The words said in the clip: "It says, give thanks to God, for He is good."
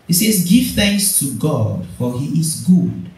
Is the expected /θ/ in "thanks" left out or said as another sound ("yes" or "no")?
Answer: no